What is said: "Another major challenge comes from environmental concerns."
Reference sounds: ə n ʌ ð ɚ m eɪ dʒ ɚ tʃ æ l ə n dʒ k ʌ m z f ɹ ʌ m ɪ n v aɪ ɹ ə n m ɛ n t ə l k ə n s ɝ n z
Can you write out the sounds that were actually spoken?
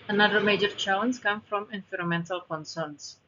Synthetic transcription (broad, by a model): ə n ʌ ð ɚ m eɪ dʒ ɚ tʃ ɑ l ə n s k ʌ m f ɹ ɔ m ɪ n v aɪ ɹ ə m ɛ n t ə l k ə n s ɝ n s